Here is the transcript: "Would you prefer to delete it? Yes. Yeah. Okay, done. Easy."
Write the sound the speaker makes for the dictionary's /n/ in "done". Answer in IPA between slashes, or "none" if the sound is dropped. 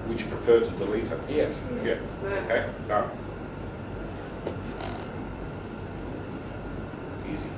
none